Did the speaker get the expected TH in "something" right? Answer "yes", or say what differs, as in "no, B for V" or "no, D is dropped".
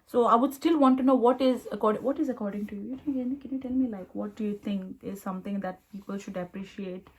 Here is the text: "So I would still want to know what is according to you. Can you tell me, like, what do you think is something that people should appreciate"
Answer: no, T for TH